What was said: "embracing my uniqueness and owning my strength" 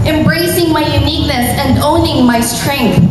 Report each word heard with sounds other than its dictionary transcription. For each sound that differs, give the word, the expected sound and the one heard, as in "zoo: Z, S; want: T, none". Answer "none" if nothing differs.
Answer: none